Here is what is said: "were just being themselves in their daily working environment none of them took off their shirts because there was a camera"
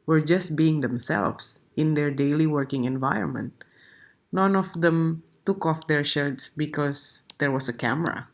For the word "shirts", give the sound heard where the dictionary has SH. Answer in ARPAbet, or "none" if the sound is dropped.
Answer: SH